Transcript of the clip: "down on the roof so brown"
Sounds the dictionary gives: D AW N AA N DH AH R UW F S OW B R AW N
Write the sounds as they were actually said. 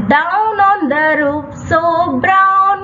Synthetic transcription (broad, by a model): D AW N AA N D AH R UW P S OW B R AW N